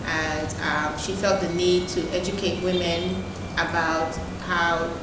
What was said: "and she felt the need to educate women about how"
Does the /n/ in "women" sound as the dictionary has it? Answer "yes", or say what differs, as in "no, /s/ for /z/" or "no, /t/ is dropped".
yes